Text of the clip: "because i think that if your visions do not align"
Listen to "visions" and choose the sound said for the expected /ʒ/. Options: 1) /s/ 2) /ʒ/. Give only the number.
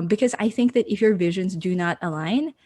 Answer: 2